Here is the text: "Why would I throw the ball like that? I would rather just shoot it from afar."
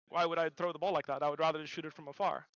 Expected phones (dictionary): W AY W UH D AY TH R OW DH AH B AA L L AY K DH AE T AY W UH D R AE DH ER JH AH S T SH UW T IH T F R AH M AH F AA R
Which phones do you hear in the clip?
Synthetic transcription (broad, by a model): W AY W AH D AY TH R OW DH AH B AA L L AY K DH AE T AY W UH D R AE DH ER AH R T SH UW T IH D F R AH M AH F AA R